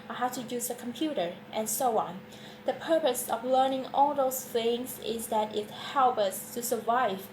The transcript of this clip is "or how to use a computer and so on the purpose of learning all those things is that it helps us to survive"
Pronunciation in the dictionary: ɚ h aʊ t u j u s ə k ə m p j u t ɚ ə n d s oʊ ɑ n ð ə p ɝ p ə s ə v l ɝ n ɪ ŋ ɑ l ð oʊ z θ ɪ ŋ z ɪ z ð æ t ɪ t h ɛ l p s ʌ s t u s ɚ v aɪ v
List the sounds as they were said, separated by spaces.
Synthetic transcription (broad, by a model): h aʊ t u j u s ə k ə m p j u t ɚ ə n s oʊ ɑ n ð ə p ɝ p ə s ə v l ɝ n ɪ ŋ ɑ l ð oʊ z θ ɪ ŋ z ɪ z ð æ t ɪ t h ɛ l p ʌ s t u s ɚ v aɪ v